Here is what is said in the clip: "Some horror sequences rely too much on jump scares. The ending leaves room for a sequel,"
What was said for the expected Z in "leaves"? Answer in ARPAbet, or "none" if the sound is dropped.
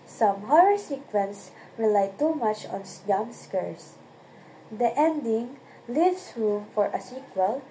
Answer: S